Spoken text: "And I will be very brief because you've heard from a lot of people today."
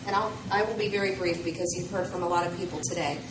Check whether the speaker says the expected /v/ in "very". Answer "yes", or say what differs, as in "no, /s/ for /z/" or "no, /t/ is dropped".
yes